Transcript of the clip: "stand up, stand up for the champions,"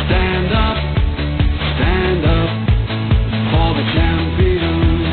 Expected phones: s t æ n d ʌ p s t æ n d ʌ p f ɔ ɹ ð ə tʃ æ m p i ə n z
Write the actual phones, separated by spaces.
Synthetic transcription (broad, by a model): s t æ n d ʌ p s t æ n d ʌ p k ɔ l ð ə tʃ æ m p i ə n